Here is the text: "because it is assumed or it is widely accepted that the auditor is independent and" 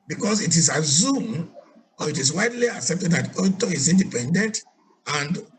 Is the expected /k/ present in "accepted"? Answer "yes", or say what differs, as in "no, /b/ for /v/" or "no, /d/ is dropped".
yes